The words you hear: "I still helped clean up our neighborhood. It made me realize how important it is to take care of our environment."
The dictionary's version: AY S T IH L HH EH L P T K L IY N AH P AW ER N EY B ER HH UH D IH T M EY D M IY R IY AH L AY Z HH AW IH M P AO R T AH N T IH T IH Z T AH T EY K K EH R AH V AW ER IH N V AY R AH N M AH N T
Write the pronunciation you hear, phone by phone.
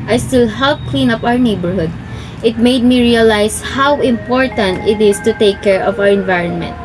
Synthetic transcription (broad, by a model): AY S T IH L HH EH L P K L IY N AH P AW ER N EY B ER HH UH D IH T M EY D M IY R IY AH L AY S HH AW IH M P AO R T AH N T IH T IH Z T AH T EY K K EH R AH V AW ER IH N V AY R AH N M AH N T